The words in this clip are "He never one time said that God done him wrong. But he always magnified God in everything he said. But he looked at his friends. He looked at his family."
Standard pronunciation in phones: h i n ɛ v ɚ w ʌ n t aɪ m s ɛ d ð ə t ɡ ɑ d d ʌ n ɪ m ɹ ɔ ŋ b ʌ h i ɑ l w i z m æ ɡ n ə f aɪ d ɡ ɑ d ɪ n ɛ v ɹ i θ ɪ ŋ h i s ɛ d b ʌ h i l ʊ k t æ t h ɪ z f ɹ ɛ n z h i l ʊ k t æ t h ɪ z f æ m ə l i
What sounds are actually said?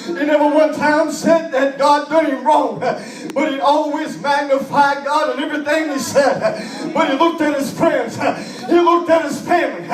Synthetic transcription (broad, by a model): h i n ɛ v ɚ w ʌ n t aɪ m s ɛ d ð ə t ɡ ɑ d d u ɪ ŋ ɹ ɔ ŋ b ʌ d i ɑ l w i z m æ ɡ n ə f aɪ d ɡ ɑ d ɪ n ɛ v ɹ i θ ɪ ŋ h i s ɛ d b ʌ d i l ʊ k t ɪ t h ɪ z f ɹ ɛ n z h i l ʊ k t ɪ t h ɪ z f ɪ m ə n